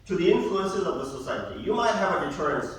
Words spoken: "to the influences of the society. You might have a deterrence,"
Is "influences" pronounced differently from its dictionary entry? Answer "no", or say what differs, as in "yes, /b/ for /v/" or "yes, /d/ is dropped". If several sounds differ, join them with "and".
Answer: no